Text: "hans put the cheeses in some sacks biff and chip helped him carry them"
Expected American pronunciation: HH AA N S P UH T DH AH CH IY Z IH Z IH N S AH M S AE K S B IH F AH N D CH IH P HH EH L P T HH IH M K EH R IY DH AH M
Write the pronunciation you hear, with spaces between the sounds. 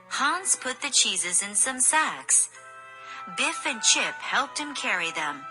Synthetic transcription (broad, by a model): HH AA N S P UH T DH AH CH IY Z IH Z IH N S AH M S AE K S B IH F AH N CH IH P HH EH L P T HH IH M K EH R IY DH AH M